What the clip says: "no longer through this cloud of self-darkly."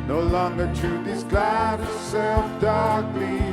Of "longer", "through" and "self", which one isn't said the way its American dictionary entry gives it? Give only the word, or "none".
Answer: through